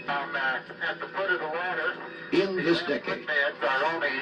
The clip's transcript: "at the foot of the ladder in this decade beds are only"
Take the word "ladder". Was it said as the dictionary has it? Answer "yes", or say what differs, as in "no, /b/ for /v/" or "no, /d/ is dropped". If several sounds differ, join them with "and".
no, /w/ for /l/